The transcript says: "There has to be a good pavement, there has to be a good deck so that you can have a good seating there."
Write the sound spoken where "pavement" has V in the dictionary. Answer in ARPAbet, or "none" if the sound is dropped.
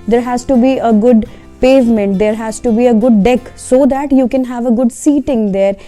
V